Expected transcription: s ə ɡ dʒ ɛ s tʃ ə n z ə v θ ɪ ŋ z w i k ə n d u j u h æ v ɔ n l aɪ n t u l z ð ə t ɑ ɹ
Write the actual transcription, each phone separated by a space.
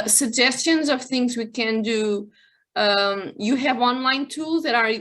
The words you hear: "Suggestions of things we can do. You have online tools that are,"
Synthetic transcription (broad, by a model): s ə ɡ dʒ ɛ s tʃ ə n z ə v θ ɪ ŋ z w i k ə n d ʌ j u h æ v ɔ n l aɪ n t u l z ð ə t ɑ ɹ